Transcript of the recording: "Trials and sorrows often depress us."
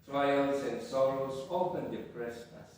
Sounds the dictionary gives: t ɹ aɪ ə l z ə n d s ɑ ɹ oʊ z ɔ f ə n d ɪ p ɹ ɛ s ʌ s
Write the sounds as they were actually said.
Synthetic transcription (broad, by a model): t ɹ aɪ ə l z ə n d s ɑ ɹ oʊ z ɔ p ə n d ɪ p ɹ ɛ s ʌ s